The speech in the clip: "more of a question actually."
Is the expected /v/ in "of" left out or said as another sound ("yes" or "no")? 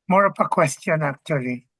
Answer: yes